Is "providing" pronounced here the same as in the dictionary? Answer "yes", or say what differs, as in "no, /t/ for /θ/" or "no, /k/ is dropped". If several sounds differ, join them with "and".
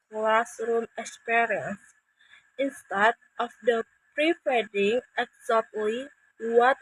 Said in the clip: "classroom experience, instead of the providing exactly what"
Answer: no, /p/ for /v/